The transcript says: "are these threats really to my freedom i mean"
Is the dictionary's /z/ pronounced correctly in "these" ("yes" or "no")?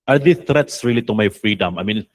no